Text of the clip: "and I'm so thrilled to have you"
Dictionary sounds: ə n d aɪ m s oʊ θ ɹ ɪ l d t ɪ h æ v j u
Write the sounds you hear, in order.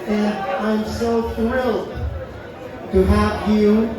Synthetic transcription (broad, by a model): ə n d aɪ m s oʊ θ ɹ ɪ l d t ɪ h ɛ p j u